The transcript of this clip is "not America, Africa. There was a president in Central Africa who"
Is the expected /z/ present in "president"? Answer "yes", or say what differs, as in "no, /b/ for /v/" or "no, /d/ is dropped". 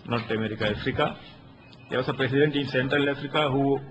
no, /s/ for /z/